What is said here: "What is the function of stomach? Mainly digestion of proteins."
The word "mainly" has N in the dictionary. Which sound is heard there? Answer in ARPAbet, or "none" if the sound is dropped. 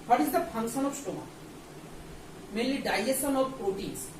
none